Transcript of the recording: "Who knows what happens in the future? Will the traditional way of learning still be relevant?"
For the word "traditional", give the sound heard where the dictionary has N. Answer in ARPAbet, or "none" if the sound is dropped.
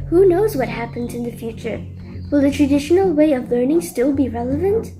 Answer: N